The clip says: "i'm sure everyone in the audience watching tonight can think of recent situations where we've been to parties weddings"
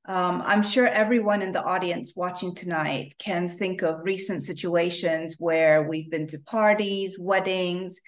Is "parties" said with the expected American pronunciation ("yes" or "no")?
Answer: yes